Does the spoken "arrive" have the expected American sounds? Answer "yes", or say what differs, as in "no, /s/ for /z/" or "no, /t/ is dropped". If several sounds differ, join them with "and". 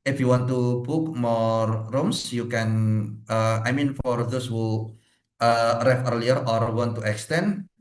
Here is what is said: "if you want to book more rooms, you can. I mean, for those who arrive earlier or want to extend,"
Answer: no, /f/ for /v/